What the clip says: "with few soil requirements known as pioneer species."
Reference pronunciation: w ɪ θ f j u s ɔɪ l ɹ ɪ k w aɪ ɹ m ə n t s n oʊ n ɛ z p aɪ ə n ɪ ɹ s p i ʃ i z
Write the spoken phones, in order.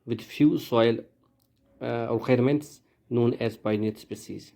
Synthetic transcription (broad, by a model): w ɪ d f j u s ɔɪ l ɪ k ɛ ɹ m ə n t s n oʊ n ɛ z b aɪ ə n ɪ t s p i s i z